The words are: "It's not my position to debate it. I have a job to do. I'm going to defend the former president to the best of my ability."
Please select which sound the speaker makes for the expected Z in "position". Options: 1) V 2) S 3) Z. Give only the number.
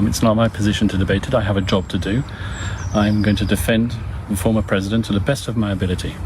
3